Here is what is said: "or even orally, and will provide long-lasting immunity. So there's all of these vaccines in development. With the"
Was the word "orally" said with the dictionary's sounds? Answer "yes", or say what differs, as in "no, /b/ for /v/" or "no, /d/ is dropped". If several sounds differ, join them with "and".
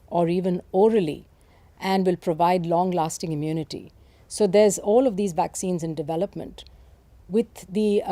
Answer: yes